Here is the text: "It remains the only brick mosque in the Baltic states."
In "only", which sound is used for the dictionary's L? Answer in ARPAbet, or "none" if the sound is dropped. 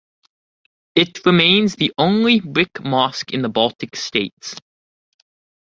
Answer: L